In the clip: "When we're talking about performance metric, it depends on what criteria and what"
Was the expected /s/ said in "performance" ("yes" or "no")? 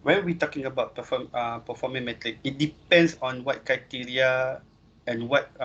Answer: no